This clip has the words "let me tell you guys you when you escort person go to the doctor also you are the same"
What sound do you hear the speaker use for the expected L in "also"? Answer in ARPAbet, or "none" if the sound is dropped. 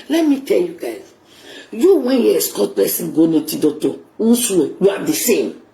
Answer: N